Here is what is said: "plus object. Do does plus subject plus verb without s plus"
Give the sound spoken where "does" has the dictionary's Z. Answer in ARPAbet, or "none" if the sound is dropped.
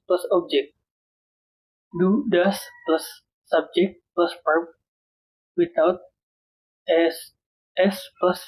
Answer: S